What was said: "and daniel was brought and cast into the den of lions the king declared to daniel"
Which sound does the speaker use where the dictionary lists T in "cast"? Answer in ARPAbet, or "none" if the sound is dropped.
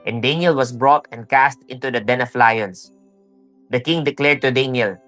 T